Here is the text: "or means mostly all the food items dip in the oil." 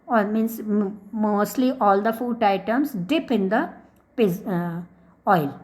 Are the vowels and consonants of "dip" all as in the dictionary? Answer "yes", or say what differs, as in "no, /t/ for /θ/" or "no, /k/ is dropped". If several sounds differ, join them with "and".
yes